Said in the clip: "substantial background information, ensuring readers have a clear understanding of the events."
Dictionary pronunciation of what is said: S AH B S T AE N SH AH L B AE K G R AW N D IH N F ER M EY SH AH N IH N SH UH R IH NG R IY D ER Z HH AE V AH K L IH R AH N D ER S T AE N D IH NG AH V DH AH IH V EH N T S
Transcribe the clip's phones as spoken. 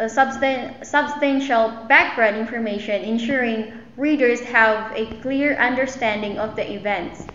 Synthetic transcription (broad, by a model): S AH B S T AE N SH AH L B AE K G R AW N D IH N F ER M EY SH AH N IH N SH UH R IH NG R IY D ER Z HH AE V AH K L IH R AH N D ER S T AE N D IH NG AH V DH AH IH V EH N T S